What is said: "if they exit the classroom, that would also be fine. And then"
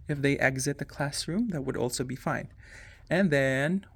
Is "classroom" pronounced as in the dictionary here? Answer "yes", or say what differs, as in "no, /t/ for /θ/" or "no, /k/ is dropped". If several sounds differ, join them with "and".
yes